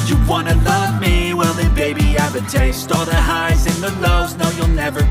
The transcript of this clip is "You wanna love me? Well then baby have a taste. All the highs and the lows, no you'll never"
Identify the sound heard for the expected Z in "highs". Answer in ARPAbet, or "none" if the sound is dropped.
Z